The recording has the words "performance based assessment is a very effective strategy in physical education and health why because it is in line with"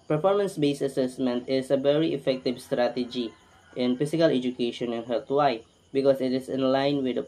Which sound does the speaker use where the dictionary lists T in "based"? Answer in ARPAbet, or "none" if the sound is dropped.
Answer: none